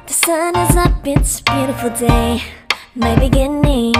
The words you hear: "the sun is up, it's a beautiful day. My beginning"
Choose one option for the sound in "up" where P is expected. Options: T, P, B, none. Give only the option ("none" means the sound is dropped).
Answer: B